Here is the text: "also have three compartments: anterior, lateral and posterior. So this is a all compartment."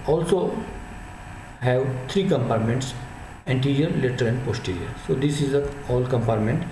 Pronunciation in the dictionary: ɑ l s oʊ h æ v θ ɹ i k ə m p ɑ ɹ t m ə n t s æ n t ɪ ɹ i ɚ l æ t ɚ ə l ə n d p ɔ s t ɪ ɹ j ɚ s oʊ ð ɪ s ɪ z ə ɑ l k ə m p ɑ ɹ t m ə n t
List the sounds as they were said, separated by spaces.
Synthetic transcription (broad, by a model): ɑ l s oʊ h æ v t ɹ i k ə m p ɑ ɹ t m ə n t s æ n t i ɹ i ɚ l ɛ t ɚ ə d ə n d p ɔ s t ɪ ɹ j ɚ s oʊ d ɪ s ɪ z ə ɑ l k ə m p ɑ ɹ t m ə n t